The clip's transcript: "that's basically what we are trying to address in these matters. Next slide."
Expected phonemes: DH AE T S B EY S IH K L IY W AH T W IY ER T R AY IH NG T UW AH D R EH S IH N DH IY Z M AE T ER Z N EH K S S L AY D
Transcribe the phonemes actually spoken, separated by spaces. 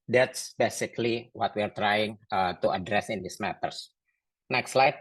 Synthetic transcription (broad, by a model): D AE T S B EY S IH K L IY W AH T W IY ER T R AY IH NG T UW AH D R EH S IH N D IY S M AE T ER S N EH K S S L AY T